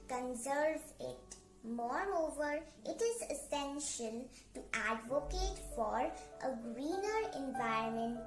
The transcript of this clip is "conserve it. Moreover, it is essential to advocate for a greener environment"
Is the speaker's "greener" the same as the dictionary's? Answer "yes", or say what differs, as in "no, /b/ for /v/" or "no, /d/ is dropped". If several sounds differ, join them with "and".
yes